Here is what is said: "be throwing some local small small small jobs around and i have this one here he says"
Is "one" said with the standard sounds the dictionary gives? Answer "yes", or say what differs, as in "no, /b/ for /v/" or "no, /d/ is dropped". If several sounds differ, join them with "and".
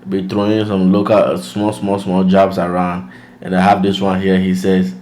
yes